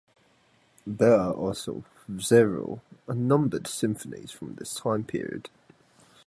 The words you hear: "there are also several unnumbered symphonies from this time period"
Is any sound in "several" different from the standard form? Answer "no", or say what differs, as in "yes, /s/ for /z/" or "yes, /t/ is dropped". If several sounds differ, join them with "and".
yes, /v/ is dropped